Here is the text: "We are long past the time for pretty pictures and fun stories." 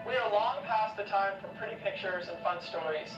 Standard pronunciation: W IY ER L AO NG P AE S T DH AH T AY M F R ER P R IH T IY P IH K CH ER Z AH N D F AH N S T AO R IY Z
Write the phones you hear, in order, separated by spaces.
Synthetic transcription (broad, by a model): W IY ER L AO NG P AE S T DH AH T AY M F R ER P R IH T IY P IH K CH ER Z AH N F AH N S T AO R IY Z